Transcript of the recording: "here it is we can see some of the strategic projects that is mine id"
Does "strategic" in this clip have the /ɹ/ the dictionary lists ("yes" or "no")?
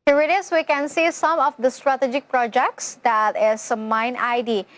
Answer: yes